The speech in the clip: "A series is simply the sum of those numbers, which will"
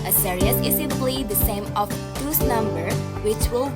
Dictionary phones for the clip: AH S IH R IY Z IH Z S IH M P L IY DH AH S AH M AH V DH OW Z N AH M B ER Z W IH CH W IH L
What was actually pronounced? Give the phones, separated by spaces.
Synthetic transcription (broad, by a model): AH S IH R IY S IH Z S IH P L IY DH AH S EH M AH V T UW S N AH M B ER W IH CH W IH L